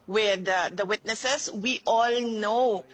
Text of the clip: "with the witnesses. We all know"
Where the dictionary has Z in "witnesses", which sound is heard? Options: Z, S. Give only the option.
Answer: S